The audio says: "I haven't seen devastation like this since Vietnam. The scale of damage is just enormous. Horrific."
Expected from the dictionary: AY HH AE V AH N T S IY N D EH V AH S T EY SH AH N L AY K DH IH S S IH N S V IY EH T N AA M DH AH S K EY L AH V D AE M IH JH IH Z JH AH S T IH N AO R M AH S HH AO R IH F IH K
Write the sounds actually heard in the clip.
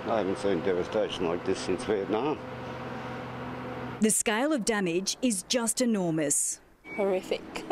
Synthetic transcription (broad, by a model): AY HH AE V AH N T S IY N D EH V AH S T EY SH AH N L AY K DH IH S S IH N S W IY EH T N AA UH DH AH S K EY L AH V D AE M IH JH IH Z JH AH S T IH N AO R M AH S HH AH R IH F IH K